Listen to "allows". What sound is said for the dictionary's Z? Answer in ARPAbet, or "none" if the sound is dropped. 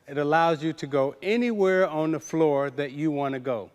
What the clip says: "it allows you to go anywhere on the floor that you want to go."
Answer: Z